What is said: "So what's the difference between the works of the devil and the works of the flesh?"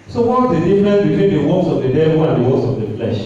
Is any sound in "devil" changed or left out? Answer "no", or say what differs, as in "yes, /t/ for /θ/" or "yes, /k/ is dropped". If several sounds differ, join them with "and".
yes, /w/ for /v/